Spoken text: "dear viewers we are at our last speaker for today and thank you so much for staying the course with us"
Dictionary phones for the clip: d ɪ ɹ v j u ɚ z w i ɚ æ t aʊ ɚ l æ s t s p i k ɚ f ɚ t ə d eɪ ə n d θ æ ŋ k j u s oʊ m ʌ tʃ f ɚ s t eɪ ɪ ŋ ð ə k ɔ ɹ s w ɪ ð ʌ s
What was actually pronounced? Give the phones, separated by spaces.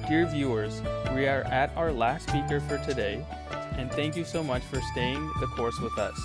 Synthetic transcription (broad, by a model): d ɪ ɹ v j u ɚ z w i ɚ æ t aʊ ɚ l æ s t s p i k ɚ f ɚ t ə d eɪ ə n θ æ ŋ k j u s oʊ m ʌ tʃ f ɚ s t eɪ ɪ ŋ ð ə k ɔ ɹ s w ɪ ð ʌ s